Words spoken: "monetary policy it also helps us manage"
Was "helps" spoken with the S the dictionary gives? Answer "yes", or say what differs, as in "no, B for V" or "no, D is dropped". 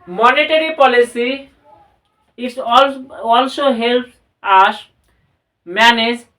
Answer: no, S is dropped